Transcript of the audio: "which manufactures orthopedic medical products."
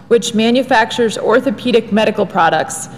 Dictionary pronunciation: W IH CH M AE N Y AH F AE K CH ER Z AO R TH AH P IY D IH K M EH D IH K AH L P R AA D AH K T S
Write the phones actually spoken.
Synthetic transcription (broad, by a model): W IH CH M AE N Y AH F AE K CH ER Z AO R TH AH P IY D IH K M EH D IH K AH L P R AA D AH K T S